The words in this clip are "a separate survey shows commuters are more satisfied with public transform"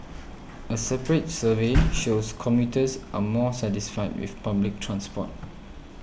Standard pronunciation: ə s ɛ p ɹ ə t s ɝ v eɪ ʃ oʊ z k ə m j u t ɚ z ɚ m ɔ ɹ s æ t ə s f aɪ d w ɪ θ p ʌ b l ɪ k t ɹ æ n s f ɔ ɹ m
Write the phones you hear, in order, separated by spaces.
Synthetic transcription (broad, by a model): ə s ɛ p ɹ ə t s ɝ v eɪ ʃ oʊ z k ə m j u t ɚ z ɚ m ɔ s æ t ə s f aɪ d w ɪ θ p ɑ b l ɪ k t ɹ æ n s p ɔ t